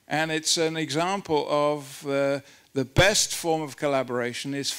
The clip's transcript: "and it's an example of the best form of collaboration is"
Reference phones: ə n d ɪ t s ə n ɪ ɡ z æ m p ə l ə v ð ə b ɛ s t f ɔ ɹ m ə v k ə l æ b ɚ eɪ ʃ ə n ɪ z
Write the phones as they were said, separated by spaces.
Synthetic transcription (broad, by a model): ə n ɪ t s ə n ɪ ɡ z æ m p ə l ə v ð ə b ɛ s t f ɔ ɹ m ə v k ə l æ b ɚ eɪ ʃ ə n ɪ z